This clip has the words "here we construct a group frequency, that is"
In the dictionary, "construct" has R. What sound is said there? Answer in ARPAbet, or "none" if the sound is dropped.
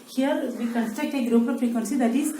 none